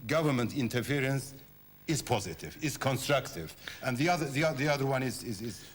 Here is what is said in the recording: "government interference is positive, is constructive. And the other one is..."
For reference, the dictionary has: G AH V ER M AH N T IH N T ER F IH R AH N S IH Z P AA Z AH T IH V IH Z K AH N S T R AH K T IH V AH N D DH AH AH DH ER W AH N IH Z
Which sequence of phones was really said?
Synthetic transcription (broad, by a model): G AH V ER M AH N T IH N T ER F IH R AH N S IH Z P AA Z AH T IH V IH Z K AH N S T R AH K T IH V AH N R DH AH AH DH ER W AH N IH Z